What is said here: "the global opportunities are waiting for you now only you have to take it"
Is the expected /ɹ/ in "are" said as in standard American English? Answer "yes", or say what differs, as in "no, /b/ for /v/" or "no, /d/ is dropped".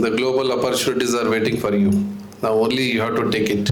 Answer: yes